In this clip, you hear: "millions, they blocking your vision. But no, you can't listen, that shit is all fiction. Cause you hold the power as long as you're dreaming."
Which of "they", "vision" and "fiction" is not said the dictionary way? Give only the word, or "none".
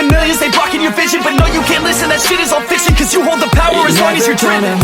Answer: fiction